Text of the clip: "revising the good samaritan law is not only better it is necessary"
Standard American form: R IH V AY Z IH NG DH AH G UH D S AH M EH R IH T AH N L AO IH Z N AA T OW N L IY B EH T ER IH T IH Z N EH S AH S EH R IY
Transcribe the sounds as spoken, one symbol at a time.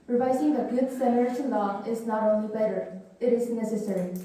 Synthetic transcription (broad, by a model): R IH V AY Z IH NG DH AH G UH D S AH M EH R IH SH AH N L AO IH Z N AA T OW N L IY B EH T ER IH T IH Z N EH S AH S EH R IY